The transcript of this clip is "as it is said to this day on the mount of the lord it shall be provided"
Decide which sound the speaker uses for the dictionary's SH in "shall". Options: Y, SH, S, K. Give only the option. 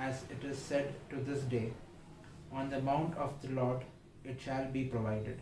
SH